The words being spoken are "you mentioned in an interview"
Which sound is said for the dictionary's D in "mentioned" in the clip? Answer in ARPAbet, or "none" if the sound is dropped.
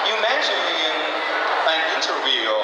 none